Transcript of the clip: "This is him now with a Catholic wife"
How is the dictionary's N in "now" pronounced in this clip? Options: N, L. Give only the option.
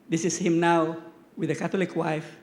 N